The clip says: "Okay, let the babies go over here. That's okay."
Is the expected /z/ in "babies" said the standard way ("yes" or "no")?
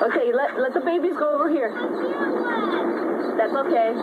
yes